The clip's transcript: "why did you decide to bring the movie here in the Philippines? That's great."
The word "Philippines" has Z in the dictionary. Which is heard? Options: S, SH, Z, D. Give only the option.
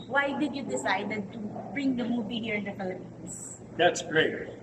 S